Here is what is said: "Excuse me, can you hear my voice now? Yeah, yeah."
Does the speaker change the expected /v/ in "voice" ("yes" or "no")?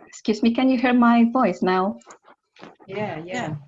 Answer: no